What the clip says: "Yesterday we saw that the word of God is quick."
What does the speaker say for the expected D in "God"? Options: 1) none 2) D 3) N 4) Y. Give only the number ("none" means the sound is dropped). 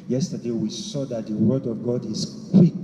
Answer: 2